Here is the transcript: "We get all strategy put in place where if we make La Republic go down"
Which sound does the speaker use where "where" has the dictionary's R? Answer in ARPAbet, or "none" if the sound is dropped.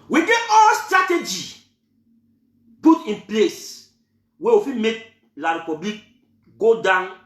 W